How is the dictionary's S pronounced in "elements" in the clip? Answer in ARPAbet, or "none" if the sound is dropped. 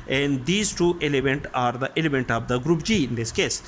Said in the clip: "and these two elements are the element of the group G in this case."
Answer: none